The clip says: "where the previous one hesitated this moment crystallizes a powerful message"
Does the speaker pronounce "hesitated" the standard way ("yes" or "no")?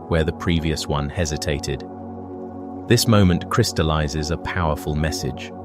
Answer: yes